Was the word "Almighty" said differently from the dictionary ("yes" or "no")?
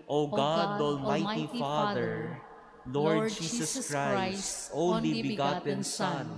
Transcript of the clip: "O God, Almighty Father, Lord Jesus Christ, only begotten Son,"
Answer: no